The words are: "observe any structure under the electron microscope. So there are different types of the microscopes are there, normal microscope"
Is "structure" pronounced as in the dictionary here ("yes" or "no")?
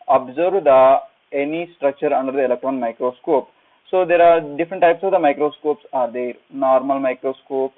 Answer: yes